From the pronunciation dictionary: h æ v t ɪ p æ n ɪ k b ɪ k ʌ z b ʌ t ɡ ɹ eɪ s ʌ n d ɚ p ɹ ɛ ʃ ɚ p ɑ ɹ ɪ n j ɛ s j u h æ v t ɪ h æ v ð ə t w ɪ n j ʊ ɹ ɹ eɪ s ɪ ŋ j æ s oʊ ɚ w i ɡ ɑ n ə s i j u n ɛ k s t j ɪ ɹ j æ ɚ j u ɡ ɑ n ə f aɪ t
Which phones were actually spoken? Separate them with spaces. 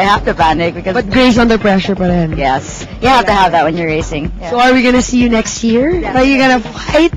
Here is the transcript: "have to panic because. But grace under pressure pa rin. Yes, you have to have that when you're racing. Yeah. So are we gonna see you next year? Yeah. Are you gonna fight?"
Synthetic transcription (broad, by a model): h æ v t ɪ b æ n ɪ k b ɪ k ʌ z b ʌ t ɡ ɹ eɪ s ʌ n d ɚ p ɹ ɛ ʃ ɚ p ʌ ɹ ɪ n j ɛ s j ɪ h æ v t ɪ h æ v ð ə t w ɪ n j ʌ ɹ ɹ eɪ s ɪ ŋ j s oʊ ɚ w i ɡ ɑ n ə s i j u n ɛ k s t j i ɹ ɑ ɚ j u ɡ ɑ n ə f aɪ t